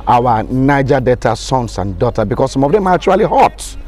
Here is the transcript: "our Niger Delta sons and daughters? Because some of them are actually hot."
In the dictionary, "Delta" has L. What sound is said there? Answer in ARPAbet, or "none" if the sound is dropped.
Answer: none